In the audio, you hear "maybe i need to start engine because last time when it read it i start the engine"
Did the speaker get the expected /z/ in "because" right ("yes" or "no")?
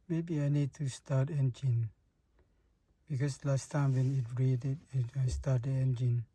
no